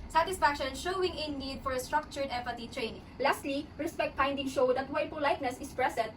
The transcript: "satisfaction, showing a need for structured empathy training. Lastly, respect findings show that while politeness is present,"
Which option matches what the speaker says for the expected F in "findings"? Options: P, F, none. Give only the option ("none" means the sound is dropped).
P